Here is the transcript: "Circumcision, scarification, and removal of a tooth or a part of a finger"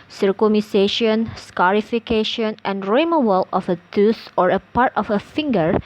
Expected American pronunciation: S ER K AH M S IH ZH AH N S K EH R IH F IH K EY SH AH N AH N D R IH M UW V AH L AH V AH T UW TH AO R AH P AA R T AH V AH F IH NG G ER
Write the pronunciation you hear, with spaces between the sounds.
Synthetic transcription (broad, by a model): S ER K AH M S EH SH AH N S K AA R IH F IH K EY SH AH N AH N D R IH M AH W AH L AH F AH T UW S AO R AH P AA R T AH F AH F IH NG G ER